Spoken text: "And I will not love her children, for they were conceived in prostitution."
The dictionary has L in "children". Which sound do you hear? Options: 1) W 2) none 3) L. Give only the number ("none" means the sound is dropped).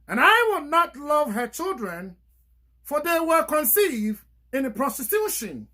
3